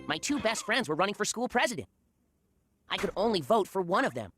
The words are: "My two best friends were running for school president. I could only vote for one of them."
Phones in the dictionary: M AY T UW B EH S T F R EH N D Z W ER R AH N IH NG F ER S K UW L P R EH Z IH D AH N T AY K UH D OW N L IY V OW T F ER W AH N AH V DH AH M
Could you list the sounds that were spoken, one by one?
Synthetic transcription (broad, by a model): M AY T UW B EH S T F R EH N D Z W ER R AH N IH NG F ER S K UW L P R EH Z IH D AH N T AY K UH D OW N L IY V OW T F ER W AH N AH V DH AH M